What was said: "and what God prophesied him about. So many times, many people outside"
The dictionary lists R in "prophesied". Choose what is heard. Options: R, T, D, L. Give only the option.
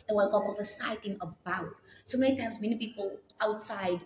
L